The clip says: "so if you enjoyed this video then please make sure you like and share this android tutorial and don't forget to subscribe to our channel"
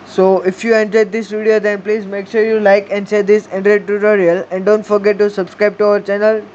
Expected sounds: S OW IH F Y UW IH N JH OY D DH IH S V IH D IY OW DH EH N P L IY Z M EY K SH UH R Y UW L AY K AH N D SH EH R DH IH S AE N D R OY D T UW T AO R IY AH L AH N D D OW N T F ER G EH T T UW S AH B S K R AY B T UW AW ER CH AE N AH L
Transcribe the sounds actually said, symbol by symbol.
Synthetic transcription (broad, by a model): S OW IH F Y UW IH N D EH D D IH S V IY D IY OW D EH N P L IY Z M EY K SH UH R Y UW L AY K AH N D S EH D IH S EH N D R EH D T UW T AO R IY AH L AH N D D OW N T F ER G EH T T UW S AH B S K R AY B T UW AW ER CH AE N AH L